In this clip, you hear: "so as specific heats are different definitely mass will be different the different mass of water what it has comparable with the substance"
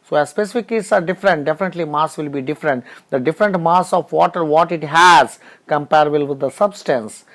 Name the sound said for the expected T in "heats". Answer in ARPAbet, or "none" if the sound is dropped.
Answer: S